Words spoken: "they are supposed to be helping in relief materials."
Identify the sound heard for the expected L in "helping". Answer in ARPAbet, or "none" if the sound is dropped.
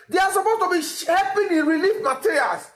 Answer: none